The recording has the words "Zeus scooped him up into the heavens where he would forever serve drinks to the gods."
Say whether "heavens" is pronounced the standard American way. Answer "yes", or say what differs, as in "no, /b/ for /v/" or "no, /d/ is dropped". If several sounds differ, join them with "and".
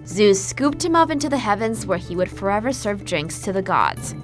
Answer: yes